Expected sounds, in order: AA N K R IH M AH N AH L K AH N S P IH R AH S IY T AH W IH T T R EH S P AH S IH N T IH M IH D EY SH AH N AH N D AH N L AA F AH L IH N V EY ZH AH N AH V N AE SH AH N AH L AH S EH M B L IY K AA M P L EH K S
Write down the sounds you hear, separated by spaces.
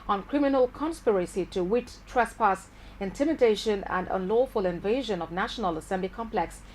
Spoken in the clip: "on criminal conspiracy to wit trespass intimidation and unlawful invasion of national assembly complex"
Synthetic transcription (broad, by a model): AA N K R IH M AH N AH L K AH N S P IH R AH S IY T AH W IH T T R EH S P AH S IH N T IH M IH D EY SH AH N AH N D AH N L AA F AH L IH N V EY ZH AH N AH V N AE SH AH N AH L AH S EH M B L IY K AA M P L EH K S